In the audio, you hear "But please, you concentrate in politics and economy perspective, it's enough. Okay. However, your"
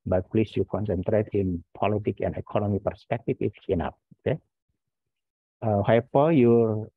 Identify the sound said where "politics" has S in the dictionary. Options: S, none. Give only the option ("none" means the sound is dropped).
none